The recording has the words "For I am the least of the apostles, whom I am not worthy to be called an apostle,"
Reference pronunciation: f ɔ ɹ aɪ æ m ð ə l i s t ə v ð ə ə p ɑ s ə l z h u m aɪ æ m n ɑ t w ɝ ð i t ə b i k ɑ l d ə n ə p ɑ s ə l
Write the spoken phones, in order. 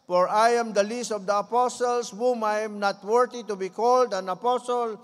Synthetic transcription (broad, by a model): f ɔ ɹ aɪ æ m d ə l i s t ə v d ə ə p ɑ s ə l s h u m aɪ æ m n ɑ t w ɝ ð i t ə b i k ɑ l d ə n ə p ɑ s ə l